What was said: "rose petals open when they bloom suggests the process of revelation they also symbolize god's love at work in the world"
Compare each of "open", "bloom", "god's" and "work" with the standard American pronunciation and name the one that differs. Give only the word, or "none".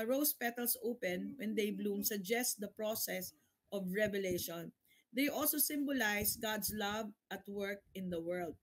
god's